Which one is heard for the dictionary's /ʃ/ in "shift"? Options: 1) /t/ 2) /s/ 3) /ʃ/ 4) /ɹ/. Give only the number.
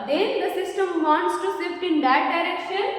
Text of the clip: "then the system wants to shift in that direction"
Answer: 2